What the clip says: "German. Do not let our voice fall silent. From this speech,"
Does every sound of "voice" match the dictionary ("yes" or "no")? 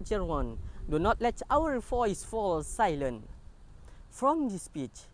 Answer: no